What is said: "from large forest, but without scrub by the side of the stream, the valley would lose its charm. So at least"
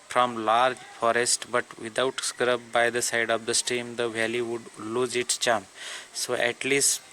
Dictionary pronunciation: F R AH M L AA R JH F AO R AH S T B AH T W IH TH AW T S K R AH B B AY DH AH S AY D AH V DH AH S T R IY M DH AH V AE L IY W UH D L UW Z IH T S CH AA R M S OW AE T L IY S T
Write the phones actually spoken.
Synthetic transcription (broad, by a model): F R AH M L AA R JH F AO R AH S T B AH T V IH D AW T S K R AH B B AY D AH S AY D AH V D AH S T IY M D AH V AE L IY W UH D L UW Z IH T S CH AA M S OW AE T L IY S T